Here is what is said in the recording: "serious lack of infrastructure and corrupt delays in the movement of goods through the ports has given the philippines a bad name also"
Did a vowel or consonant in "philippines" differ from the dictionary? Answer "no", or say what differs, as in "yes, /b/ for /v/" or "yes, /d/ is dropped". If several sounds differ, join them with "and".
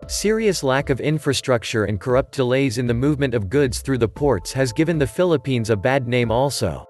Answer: no